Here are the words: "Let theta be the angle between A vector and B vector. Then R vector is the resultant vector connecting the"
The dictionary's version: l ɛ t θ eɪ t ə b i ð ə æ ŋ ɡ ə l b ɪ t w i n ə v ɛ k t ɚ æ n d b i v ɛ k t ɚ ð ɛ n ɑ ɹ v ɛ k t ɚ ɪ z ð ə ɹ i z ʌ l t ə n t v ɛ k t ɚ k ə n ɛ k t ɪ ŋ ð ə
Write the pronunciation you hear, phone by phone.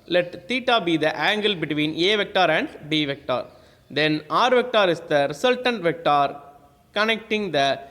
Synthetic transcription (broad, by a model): l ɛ t t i t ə b i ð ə æ ŋ ɡ ə l b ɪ t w i n ə v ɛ k t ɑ æ n d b i v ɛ k t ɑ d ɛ n ɑ ɹ v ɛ k t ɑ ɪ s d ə ɹ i s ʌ l t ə n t v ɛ k t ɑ k ə n ɛ k t ɪ ŋ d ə